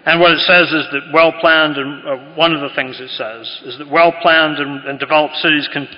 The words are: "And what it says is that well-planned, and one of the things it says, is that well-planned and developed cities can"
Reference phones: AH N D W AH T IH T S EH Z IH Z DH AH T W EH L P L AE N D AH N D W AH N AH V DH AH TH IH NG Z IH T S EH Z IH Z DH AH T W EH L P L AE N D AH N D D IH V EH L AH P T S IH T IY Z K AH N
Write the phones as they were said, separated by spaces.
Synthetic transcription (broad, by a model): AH N W AH T IH T S EH Z IH Z DH AH T W EH L P L AE N D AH N W AH N AH V DH AH TH IH NG Z IH T S EH Z IH Z DH AH T W EH L P L AE N D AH N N D IH V EH L AH P T S IH T IY Z K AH N